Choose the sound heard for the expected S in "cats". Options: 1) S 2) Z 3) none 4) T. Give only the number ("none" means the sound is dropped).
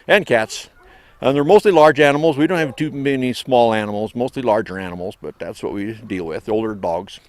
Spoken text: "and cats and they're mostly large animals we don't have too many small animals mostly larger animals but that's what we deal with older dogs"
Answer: 1